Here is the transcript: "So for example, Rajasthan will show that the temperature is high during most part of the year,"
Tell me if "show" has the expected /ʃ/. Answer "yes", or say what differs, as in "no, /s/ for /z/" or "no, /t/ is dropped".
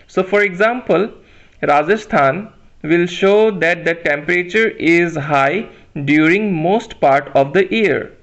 yes